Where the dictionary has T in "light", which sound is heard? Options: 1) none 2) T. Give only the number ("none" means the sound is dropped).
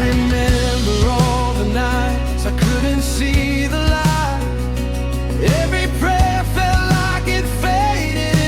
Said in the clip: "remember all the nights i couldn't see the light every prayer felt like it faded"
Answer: 1